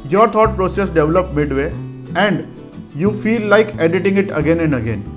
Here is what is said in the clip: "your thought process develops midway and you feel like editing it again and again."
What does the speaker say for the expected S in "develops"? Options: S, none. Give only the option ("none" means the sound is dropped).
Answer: none